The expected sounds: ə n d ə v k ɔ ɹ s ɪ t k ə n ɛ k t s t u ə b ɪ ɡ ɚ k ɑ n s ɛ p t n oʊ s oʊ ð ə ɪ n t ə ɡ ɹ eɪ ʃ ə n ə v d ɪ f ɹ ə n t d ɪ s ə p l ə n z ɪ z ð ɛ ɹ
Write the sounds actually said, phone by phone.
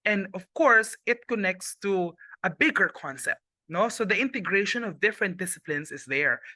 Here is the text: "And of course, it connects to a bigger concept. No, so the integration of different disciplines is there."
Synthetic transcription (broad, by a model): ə n d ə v k ɔ ɹ s ɪ t k ə n ɛ k t s t u ə b ɪ ɡ ɚ k ɑ n s ɛ p t n oʊ s oʊ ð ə ɪ n t ə ɡ ɹ eɪ ʃ ə n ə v d ɪ f ɹ ə n t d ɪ s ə p l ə n s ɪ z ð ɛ ɹ